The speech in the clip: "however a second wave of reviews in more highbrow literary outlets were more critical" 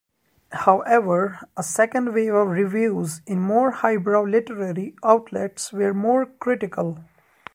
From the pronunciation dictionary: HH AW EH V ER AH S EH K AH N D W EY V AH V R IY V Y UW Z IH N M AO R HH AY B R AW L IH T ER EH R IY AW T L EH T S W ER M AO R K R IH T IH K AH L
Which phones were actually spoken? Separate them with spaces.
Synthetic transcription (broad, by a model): HH AW EH V ER AH S EH K AH N D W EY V AH V R IY V Y UW Z IH N M AO R HH AY B R AW L IH T ER EH R IY AW T L EH T S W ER M AO R K R IH T IH K AH L